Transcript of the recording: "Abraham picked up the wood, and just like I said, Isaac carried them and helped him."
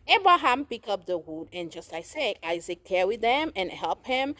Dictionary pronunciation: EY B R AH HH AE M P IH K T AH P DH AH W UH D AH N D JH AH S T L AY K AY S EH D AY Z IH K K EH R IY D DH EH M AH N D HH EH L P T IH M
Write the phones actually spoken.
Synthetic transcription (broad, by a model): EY B R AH HH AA M P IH K AH P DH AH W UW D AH N JH AH S T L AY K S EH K AY Z IH K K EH W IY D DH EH M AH N HH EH L P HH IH M